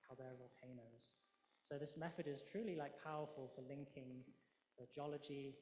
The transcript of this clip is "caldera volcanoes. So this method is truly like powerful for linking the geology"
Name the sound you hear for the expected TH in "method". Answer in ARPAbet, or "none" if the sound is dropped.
TH